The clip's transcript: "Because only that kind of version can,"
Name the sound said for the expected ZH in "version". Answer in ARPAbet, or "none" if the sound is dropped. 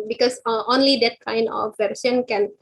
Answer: S